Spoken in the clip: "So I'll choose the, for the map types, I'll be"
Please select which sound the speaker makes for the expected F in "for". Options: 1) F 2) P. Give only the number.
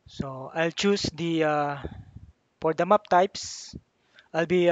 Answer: 2